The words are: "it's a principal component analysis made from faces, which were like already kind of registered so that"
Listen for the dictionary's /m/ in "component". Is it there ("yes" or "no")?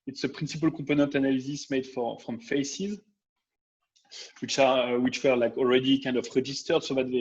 no